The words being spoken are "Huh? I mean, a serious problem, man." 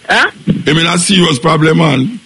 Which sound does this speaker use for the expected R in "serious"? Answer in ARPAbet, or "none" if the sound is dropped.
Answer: W